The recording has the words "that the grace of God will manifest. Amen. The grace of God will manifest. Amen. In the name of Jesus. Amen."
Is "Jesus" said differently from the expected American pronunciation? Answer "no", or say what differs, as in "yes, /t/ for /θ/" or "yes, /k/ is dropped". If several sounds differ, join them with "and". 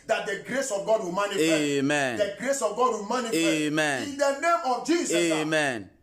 yes, /s/ is dropped